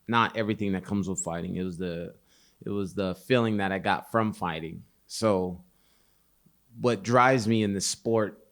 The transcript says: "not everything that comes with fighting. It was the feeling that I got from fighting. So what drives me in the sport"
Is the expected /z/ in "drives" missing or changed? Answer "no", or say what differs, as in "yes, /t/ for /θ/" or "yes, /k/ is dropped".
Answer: no